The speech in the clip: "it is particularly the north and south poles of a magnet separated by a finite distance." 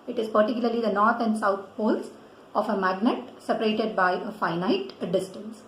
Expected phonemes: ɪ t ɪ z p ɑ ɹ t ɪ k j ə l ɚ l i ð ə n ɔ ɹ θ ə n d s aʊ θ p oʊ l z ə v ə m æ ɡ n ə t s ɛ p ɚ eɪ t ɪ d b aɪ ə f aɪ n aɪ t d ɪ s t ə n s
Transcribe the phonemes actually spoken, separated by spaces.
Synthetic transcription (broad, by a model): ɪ t ɪ z p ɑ ɹ t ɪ k j l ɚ l i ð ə n ɔ ɹ t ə n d s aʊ t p oʊ l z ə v ə m æ ɡ n ə t s ɛ p ɚ eɪ t ɪ d b aɪ ə f aɪ n aɪ t d ɪ s t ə n s